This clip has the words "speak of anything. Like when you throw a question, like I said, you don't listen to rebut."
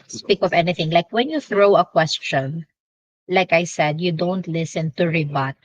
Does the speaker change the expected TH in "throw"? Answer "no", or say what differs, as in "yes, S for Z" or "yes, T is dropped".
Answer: no